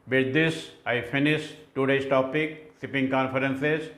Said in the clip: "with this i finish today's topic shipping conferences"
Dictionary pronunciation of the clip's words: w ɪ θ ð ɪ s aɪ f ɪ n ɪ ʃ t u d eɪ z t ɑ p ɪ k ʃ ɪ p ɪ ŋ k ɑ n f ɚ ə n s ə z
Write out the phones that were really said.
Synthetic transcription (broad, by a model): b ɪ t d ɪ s aɪ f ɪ n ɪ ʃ t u d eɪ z t ɑ p ɪ k s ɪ p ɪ ŋ k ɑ n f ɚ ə n s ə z